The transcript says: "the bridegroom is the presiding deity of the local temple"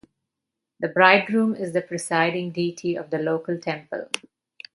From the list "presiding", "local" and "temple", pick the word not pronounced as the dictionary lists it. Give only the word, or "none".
presiding